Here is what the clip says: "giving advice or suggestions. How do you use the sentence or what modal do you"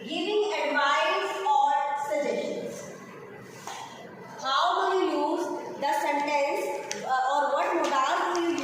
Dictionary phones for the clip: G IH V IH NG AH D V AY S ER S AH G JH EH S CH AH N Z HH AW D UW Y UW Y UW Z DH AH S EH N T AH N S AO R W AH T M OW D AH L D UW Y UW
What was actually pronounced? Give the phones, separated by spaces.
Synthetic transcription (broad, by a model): G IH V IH NG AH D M AY ER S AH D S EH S SH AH N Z HH AW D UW Y UW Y UW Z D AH S EH N T AH N S AO R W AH T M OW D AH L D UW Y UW